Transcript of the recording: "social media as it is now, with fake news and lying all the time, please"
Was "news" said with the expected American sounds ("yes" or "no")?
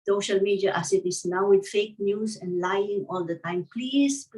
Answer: no